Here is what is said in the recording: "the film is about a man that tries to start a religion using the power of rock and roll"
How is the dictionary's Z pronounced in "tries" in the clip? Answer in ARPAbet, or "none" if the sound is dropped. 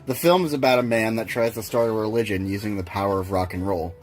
Z